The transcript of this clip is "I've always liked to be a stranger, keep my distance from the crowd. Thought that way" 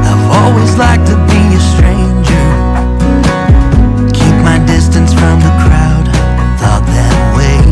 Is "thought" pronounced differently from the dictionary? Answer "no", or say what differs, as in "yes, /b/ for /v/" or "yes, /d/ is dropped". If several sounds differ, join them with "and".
no